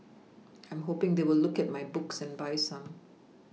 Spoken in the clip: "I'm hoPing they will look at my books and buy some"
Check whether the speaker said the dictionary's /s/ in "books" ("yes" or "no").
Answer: yes